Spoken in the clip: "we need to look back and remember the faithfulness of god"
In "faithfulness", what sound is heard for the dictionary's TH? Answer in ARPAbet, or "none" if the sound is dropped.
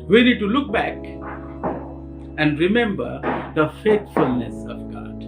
T